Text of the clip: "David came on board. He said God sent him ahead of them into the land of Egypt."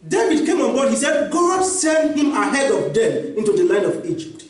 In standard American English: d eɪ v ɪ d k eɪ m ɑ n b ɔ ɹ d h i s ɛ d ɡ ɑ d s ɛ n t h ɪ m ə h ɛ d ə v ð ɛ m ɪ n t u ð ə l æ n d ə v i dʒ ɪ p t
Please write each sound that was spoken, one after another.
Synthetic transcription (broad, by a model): d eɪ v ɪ d k eɪ m ɑ n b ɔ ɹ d h i s ɛ d ɡ ɑ d s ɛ n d h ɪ m ə h ɛ d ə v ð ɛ m ɪ n t u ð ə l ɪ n ə v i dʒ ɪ p t